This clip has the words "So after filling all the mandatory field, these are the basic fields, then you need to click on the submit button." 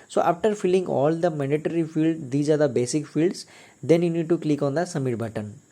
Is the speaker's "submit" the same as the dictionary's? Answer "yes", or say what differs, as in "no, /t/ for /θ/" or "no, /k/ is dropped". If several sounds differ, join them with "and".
no, /b/ is dropped